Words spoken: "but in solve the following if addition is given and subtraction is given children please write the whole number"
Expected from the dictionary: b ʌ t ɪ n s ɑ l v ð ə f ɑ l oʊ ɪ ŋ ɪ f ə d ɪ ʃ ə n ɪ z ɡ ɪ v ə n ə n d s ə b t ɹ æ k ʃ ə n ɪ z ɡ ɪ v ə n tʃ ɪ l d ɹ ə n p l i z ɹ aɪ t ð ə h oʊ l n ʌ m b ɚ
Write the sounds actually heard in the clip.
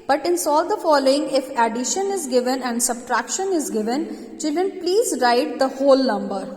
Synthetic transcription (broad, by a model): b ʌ t ɪ n s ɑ l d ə f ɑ l oʊ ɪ ŋ ɪ f ə d ɪ ʃ ə n ɪ z ɡ ɪ v ə n ə n d s ə b t ɹ æ k ʃ ə n ɪ z ɡ ɪ v ə n tʃ ɪ l d ɹ ə n p l i z ɹ aɪ t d ə h oʊ l n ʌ m b ɚ